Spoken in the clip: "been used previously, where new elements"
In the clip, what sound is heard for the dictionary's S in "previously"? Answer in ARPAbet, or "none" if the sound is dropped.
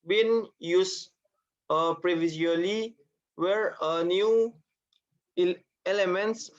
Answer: none